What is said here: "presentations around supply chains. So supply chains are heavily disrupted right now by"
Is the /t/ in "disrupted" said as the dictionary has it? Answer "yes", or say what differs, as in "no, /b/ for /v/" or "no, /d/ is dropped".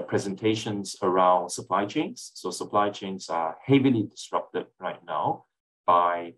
yes